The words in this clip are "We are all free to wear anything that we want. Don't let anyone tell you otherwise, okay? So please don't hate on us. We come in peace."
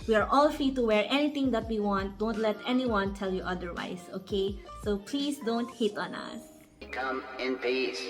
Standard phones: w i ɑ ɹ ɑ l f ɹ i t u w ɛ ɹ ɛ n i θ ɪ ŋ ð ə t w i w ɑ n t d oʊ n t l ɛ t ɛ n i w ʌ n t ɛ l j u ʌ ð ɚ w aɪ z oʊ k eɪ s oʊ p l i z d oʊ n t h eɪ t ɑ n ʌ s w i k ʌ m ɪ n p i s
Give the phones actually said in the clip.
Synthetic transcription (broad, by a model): w i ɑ ɹ ɑ l f ɹ i t u w ɛ ɹ ɛ n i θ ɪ ŋ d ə t w i w ɑ n t d oʊ n t l ɛ t ɛ n i w ʌ n t ɛ l j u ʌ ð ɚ w aɪ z oʊ k eɪ oʊ p l i s d oʊ n t h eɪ t ɑ n ʌ s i k ʌ m ɪ n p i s